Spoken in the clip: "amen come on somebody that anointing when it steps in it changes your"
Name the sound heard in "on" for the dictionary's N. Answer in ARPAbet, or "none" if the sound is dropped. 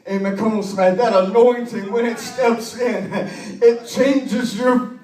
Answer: L